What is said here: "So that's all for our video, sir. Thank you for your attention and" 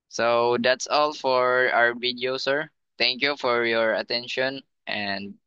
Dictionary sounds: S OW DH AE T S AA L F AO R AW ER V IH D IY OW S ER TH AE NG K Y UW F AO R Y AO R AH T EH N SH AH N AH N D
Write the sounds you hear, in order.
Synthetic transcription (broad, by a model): S OW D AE T S AA L F AO R AW ER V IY D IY OW S ER T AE NG K Y UW F AO R Y AO R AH T EH N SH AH N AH N D